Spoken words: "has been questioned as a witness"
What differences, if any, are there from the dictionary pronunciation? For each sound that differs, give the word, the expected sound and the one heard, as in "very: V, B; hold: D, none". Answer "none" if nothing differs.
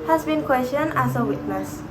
questioned: D, none